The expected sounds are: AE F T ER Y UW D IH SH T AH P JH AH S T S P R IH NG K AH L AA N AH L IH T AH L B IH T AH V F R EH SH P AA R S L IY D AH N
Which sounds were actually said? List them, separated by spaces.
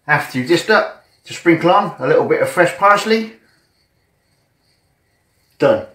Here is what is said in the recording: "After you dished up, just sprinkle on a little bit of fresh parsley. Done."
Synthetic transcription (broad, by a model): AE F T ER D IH S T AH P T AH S S P R IH NG K AH L AA N AH L IH T L B IH T AH V F R EH SH P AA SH L IY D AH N